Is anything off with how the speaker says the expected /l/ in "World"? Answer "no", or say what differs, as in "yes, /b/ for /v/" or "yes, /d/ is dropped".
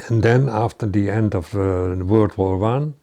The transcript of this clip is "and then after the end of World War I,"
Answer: yes, /l/ is dropped